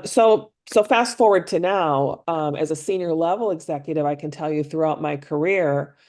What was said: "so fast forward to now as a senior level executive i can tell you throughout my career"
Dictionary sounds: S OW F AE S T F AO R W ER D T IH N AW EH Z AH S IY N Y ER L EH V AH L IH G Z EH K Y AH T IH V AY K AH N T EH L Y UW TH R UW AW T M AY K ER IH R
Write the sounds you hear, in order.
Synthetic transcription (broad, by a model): S OW F AE S T F AO R W ER D T IH N AW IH Z AH S IY N Y ER L EH V L IH G Z EH K Y AH T IH V AY K AH N T EH L Y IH TH R UW AW T M AY K ER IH R